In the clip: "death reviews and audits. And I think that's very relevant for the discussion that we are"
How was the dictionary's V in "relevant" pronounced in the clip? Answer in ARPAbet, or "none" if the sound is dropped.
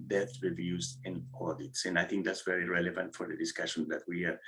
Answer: V